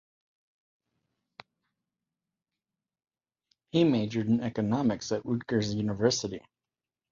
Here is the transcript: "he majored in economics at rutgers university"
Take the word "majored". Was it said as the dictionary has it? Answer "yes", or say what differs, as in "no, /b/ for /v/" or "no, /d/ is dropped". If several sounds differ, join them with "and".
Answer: yes